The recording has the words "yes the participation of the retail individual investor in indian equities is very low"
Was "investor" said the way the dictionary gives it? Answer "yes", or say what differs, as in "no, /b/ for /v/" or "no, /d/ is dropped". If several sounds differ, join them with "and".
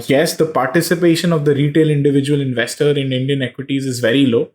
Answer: yes